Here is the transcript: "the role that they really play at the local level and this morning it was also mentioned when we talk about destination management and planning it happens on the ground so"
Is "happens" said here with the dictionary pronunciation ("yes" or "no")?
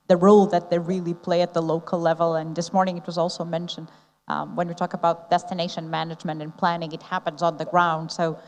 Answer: yes